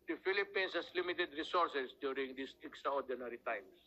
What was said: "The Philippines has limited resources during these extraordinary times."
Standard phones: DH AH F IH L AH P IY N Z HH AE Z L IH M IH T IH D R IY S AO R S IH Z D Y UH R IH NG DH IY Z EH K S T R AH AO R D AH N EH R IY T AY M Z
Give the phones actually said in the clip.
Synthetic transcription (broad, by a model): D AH F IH L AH P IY N S HH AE S L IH M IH T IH D R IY S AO R S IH S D Y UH R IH NG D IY S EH K S T R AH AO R D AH N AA R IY T AY M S